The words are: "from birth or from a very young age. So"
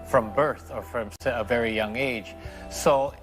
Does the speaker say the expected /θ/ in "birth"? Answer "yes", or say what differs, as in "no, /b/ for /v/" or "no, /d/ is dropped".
yes